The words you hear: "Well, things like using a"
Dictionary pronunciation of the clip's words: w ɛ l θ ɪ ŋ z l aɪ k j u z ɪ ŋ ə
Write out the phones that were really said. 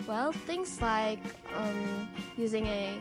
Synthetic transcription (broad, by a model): w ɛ l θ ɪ ŋ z l aɪ k j u z ɪ ŋ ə